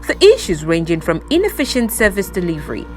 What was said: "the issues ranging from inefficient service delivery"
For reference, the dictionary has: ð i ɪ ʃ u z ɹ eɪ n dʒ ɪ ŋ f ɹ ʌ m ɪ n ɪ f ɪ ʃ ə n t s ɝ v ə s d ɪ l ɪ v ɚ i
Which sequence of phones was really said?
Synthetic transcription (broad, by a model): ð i ɪ ʃ u z ɹ eɪ n dʒ ɪ ŋ f ɹ ʌ m ɪ n ɪ f ɪ ʃ ə n t s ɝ v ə s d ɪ l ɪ v ɚ i